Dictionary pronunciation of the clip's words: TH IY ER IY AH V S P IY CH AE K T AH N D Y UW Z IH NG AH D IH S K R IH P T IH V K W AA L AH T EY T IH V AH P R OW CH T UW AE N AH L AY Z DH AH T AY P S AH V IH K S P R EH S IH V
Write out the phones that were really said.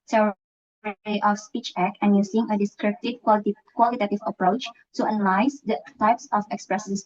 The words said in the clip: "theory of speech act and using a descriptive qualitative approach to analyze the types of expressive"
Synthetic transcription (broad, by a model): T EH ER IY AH F S P IY CH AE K AH N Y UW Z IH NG AH D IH S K R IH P T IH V K W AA L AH T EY T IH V AH P R OW CH T UW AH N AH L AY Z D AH T AY P S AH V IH K S P R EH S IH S